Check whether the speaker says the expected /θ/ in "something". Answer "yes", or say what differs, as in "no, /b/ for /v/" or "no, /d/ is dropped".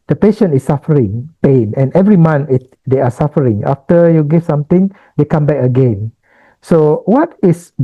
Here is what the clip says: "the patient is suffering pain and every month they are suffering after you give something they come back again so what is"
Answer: no, /t/ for /θ/